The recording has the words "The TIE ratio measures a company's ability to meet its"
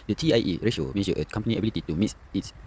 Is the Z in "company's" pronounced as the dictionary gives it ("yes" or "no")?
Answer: no